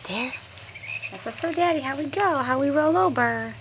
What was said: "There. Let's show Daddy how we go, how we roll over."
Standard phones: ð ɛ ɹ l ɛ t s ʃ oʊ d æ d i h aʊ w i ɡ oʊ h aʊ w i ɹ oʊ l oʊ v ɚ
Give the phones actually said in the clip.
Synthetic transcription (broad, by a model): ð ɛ ɹ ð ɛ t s s oʊ d æ d i h aʊ w i ɡ oʊ h aʊ w i ɹ oʊ l oʊ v ɚ